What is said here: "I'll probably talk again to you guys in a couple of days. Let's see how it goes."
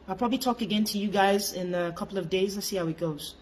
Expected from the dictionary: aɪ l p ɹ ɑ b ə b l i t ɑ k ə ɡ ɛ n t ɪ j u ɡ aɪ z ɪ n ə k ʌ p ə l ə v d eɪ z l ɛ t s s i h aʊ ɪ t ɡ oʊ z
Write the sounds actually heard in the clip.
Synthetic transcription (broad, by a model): aɪ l p ɹ ɑ b ə b l i t ɑ k ə ɡ ɛ n t ɪ j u ɡ aɪ z ɪ n ə k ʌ p l ə v d eɪ z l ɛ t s s i h aʊ ɪ t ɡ oʊ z